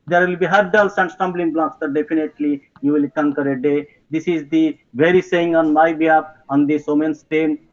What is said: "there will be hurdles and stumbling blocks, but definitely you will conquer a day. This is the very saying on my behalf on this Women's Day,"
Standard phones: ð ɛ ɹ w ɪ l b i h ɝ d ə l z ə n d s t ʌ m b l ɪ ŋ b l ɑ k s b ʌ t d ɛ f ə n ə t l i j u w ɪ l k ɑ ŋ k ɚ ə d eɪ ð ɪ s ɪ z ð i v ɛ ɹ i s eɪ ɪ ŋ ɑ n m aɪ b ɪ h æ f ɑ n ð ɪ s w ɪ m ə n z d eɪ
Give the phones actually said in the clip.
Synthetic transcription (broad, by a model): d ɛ ɹ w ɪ l b i h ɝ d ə l s ə n d s t ʌ m b l ɪ ŋ b l ɑ k s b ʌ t d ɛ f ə n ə t l i j u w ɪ l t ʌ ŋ k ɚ ə d eɪ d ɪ s ɪ z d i v ɛ ɹ i s eɪ ɪ ŋ ɑ n m aɪ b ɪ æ p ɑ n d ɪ s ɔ m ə n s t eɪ